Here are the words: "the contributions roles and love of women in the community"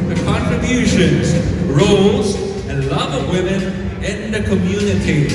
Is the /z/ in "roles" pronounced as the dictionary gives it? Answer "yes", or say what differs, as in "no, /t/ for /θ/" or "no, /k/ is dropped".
yes